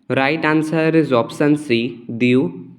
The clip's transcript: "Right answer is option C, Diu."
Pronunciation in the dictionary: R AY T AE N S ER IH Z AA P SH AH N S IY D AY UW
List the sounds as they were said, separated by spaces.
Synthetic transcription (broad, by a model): R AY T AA N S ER IH Z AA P S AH N S IY D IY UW